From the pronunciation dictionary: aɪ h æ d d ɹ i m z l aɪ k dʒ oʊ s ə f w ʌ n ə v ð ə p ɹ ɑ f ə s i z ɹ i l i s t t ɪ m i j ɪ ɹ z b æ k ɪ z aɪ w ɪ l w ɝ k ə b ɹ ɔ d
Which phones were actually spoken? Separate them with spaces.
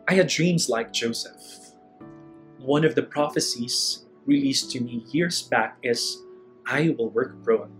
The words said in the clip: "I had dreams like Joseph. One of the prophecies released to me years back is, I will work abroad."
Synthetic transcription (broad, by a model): aɪ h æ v d ɹ i m z l aɪ k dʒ oʊ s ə f w ʌ n ə v ð ə p ɹ ɑ f ə s i z ɹ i l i s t t ɪ m i j ɪ ɹ z b æ k ɪ z aɪ w ɪ l w ɝ k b ɹ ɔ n